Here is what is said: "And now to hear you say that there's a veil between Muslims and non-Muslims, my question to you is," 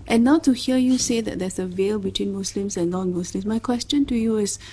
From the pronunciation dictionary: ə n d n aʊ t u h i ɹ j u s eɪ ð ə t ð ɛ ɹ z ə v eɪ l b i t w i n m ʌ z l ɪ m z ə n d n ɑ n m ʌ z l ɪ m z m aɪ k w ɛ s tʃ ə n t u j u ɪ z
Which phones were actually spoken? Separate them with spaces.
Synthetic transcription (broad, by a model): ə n n aʊ t u h i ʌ j u s eɪ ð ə t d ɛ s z ə v eɪ l b i t w i n m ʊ s l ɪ m s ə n n ɑ n m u s l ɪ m s m aɪ k w ɛ s tʃ ə n t u j u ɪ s